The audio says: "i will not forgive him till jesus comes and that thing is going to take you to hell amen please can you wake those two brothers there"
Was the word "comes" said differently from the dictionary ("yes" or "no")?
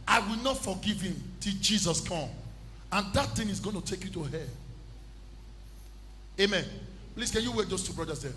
yes